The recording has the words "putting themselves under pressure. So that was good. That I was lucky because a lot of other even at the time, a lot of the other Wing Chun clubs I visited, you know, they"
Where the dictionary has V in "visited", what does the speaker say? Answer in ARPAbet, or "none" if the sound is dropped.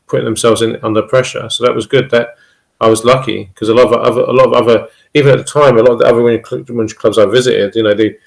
V